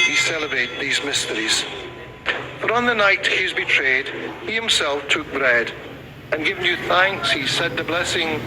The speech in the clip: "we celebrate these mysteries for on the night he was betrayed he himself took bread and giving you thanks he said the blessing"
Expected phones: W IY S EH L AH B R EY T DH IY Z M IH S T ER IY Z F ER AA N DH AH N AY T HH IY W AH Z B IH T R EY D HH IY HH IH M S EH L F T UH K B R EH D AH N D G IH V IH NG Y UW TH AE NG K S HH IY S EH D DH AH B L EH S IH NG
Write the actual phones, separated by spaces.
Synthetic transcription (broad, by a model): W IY S EH L AH B R EY T DH IY Z M IH S T ER IY Z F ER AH N DH AH N AY T HH IY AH Z B IH T R EY D HH IY HH IH M S EH L F T UH K B R EH D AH N G IH V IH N Y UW TH AE NG K S HH IY S EH D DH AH B L EH S IH NG